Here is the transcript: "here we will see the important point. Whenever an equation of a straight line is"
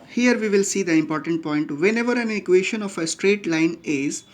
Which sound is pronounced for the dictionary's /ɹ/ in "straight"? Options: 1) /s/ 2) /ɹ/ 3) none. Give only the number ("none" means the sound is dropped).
2